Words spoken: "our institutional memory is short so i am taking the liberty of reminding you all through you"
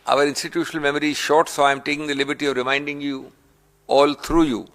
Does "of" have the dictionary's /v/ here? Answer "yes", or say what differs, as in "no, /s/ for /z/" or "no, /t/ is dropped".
yes